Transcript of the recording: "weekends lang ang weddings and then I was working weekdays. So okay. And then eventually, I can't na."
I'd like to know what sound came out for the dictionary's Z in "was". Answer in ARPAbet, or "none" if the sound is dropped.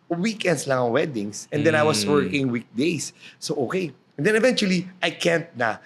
S